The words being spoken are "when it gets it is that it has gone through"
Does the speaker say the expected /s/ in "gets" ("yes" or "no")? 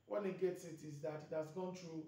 yes